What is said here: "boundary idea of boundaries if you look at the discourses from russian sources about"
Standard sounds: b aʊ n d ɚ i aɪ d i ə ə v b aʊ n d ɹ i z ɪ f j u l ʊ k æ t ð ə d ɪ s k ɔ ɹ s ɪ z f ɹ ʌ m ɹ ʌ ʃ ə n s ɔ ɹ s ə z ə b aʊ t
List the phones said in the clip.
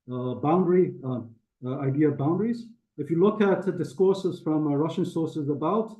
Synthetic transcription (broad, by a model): b aʊ n d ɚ i aɪ d i ə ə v b aʊ n d ɹ i z ɪ f j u l ʊ k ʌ t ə d ɪ s k ɔ ɹ s ɪ z f ɹ ʌ m ɹ ʌ ʃ ə n s ɔ ɹ s ə z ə b aʊ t